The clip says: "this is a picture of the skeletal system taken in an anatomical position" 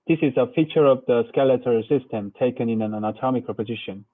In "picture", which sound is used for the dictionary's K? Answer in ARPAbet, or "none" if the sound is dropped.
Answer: none